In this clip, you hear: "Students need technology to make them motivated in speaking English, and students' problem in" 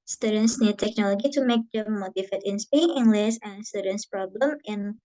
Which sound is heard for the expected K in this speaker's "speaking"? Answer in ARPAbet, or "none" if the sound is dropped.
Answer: none